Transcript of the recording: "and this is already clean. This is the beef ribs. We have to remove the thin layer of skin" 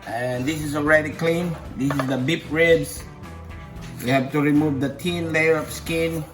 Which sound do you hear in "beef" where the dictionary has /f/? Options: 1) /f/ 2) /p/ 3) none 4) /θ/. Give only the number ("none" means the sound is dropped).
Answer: 2